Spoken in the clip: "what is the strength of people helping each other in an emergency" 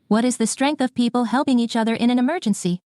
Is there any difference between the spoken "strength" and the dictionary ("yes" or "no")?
no